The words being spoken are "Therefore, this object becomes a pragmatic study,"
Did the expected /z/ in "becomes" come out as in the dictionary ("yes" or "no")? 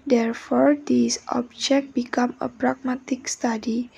no